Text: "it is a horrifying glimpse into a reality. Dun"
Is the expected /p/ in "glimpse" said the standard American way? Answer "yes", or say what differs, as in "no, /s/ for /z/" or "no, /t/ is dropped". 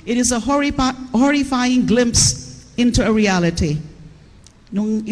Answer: yes